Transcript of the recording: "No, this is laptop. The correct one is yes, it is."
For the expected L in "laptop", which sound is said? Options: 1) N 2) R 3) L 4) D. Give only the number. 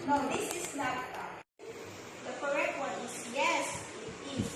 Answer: 1